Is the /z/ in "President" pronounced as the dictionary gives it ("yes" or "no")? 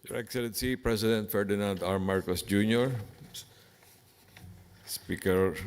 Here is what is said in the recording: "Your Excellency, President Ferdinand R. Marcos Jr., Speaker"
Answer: no